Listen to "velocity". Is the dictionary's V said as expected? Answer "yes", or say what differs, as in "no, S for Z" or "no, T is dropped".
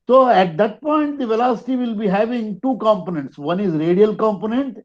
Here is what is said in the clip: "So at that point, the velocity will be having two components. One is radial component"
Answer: yes